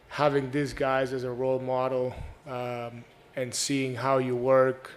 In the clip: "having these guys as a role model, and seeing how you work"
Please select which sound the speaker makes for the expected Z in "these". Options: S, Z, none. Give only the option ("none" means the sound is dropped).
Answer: S